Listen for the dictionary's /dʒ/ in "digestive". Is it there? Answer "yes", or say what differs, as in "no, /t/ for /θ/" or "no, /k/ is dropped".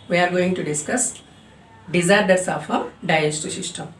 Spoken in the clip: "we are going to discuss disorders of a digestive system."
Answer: no, /dʒ/ is dropped